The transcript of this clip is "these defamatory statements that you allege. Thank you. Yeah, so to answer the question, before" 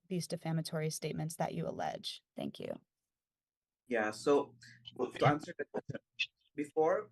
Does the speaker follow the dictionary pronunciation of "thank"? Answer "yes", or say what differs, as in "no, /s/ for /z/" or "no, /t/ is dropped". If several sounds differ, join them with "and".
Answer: yes